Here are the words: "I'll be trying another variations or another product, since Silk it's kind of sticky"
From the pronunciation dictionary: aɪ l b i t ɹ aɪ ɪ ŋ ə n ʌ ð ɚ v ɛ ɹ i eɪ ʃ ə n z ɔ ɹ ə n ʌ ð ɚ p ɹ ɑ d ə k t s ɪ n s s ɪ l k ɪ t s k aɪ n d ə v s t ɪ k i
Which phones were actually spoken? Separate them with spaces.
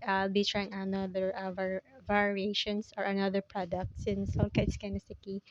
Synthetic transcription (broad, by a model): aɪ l b i t ɹ aɪ ɪ ŋ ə n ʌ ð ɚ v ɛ ɹ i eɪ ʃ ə n s ɔ ɹ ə n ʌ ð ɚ p ɹ ɑ d ə k t s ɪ n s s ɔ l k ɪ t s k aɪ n ə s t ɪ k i